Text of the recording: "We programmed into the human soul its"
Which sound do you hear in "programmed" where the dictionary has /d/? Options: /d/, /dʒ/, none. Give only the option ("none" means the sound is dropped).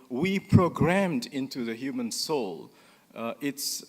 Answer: /d/